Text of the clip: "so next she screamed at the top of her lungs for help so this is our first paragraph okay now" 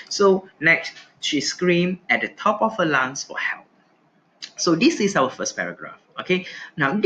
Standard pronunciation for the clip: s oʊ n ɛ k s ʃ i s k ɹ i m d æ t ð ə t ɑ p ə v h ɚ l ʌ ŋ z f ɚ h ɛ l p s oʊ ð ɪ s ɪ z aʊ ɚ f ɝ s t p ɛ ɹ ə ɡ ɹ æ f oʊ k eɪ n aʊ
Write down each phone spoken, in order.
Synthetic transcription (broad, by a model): s oʊ n ɛ k s ʃ i s k ɹ i m ɛ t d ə t ɑ p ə f h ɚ l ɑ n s f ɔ h ɛ l p s oʊ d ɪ s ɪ s aʊ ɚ f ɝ s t p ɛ ɹ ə ɡ ɹ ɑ f oʊ k eɪ n aʊ